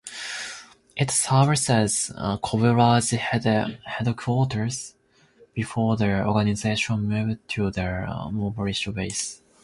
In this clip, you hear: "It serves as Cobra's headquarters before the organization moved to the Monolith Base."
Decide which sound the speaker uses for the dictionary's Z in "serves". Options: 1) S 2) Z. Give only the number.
1